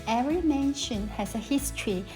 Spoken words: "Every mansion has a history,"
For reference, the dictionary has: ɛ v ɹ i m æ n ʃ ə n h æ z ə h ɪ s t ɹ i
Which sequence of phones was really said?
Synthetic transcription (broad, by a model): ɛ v ɹ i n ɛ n ʃ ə n h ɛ s ə h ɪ s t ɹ i